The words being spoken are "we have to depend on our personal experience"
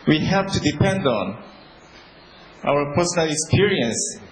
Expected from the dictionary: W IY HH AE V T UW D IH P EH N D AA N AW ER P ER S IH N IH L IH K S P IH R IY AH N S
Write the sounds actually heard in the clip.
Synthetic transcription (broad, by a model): W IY HH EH P T UW D IH P EH N D AA N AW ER P ER S IH N IH L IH K S P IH R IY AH N S